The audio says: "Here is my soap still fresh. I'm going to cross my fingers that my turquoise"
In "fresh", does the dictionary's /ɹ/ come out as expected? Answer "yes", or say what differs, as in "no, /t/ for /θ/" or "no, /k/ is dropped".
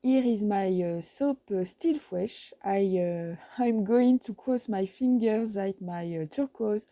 no, /w/ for /ɹ/